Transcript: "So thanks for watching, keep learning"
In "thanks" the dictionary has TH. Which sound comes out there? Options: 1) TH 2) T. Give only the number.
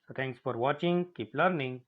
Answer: 2